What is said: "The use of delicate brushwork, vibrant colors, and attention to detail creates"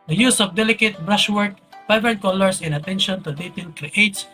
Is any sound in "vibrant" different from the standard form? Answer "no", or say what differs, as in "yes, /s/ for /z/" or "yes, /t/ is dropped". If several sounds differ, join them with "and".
yes, /p/ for /v/